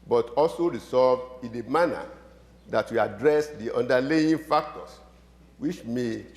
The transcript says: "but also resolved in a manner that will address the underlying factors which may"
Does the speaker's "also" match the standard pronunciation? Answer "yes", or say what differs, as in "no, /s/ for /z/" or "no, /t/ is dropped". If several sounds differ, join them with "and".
yes